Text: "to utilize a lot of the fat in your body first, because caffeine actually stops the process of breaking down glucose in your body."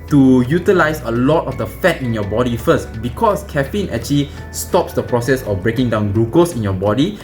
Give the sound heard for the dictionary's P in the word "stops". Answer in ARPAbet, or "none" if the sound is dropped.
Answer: P